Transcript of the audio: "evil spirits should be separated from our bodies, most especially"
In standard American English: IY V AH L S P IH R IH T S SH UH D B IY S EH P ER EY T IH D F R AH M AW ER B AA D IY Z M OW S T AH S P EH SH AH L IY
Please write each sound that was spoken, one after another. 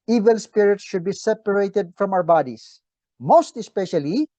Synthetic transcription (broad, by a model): IY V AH L S P IH R IH T S SH UH D B IY S EH P ER EY T IH D F R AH M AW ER B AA D IY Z M OW S T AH S P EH SH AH L IY